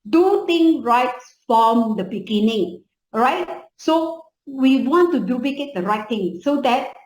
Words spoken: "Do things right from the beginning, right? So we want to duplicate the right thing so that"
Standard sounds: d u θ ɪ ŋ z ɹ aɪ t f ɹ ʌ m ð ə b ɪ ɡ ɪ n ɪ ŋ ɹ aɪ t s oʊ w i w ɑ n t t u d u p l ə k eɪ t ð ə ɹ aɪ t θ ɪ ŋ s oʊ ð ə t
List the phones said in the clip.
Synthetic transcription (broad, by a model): d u t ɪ ŋ ɹ aɪ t f ɹ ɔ m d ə b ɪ ɡ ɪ n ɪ ŋ ɹ aɪ t s oʊ w i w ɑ n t t u d u p l ə k eɪ t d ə ɹ aɪ t t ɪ ŋ s oʊ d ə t